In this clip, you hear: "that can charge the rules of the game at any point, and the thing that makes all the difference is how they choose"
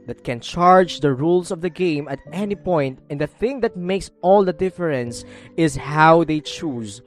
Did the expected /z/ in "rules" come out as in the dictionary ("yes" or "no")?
no